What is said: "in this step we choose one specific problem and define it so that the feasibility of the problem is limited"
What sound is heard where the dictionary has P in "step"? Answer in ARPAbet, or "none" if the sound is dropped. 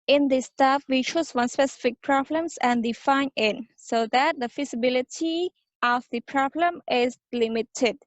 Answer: F